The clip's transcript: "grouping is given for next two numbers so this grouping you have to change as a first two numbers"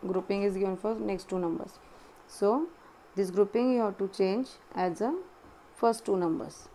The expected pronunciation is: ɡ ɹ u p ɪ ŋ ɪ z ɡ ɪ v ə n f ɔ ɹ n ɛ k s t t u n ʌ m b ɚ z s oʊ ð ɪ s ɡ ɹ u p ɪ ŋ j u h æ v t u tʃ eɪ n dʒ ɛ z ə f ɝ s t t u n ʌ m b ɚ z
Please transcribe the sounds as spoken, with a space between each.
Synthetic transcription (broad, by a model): ɡ ɹ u p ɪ ŋ ɪ z ɡ ɪ v ə n f ɔ ɹ n ɛ k s t t u n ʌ m b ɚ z s oʊ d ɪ s ɡ ɹ u p ɪ ŋ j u h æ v t u tʃ eɪ n dʒ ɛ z ə f ɝ s t t u n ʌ m b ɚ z